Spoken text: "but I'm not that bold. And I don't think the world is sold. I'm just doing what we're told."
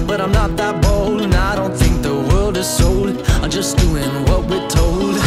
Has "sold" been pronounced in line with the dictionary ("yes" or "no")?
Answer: no